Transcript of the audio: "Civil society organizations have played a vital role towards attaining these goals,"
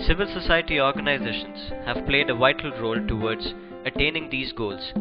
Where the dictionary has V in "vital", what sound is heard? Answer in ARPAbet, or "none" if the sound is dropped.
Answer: V